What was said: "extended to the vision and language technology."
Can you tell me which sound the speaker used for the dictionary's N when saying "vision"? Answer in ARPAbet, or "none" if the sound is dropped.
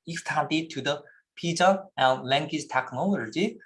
none